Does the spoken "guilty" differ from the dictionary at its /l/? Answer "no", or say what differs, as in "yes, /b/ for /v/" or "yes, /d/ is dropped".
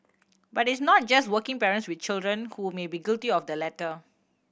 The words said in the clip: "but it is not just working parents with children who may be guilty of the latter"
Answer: no